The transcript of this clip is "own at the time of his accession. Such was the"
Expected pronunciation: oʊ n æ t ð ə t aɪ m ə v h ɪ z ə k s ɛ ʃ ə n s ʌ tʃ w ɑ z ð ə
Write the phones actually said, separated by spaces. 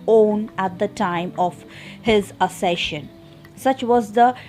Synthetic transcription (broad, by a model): oʊ n æ t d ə t aɪ m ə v h ɪ z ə s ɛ ʃ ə n s ʌ tʃ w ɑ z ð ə